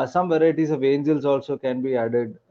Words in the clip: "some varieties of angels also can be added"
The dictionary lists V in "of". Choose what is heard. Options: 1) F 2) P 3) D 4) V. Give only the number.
4